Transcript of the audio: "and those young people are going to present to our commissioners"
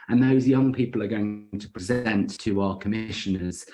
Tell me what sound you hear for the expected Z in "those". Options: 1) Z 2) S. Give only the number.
1